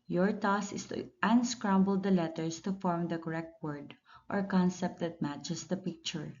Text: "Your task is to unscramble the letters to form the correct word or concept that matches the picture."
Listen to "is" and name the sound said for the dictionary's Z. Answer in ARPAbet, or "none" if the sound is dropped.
S